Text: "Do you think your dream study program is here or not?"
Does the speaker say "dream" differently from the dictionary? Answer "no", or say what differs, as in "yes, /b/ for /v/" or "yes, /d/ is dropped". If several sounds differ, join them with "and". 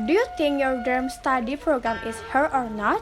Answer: yes, /ɹ/ is dropped